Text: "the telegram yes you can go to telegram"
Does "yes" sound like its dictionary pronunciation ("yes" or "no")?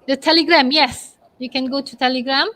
yes